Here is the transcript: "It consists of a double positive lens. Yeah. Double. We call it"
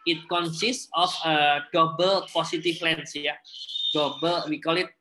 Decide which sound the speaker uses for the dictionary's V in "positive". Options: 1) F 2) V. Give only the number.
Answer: 1